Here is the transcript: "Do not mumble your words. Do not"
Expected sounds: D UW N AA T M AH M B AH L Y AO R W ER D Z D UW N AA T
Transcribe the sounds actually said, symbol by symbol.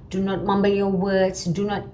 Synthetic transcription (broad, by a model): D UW N AA T M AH M B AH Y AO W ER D S D UW N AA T